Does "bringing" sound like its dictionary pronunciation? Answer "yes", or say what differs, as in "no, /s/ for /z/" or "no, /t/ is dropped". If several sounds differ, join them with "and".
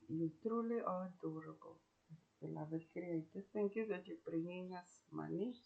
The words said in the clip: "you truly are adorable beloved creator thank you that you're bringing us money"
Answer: yes